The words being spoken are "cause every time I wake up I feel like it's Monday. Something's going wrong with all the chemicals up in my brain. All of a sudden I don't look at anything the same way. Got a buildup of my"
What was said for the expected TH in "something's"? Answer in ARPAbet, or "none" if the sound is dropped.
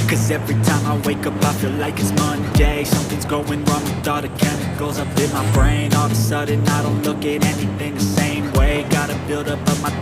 TH